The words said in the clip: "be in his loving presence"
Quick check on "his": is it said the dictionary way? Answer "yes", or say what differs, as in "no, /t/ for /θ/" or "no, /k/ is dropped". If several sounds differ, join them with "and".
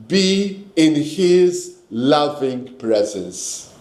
yes